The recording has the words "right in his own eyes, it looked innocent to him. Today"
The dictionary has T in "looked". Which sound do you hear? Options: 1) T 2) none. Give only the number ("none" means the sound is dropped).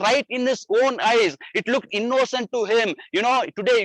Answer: 1